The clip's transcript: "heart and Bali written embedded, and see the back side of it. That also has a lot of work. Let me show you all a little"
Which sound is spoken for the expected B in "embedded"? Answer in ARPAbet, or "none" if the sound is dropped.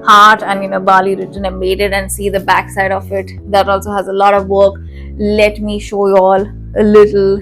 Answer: none